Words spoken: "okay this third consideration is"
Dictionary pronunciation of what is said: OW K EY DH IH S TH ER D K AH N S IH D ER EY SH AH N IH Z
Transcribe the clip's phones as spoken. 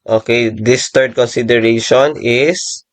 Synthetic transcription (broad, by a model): OW K EY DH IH S T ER D K AH N S IH D ER EY SH AH N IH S